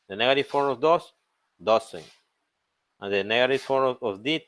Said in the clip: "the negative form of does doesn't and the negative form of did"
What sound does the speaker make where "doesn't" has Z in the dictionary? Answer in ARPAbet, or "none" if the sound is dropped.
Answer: S